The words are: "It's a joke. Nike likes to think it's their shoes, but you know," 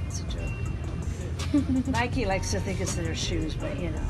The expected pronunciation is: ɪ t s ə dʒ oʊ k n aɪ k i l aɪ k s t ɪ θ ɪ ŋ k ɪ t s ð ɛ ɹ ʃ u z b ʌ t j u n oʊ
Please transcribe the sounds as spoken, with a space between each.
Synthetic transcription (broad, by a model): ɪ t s ə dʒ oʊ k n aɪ k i l aɪ k s t ɪ θ ɪ ŋ k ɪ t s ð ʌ ɹ ʃ u z b ʌ t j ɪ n oʊ